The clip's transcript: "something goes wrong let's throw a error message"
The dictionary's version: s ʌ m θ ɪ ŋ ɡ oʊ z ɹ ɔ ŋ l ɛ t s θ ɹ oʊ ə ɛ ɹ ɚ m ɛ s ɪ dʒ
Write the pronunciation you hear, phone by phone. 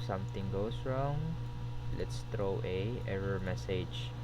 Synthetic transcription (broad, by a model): s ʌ m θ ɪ ŋ ɡ oʊ s ɹ ɔ ŋ l ɛ t s t ɹ oʊ ə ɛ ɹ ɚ m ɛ s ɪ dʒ